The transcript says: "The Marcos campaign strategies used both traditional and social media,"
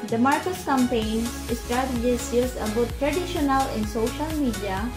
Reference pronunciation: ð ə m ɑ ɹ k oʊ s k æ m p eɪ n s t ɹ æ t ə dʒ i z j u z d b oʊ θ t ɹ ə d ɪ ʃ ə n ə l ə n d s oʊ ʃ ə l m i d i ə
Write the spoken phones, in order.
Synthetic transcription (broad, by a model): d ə m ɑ ɹ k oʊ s k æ m p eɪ n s t ɹ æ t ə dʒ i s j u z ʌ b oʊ t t ɹ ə d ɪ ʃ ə n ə l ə n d s oʊ ʃ ə l m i d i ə